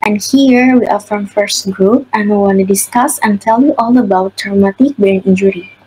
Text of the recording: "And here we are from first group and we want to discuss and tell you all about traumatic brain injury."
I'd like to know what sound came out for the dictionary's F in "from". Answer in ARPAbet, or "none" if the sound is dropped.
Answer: F